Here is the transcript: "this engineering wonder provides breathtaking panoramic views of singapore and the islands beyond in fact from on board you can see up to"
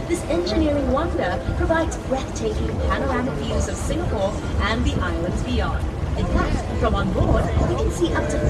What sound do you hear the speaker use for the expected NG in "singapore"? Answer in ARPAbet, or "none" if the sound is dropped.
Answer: NG